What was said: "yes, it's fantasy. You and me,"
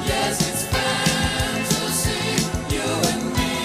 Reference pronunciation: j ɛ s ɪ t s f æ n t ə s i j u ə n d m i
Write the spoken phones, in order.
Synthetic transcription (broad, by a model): j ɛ s ɪ t s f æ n s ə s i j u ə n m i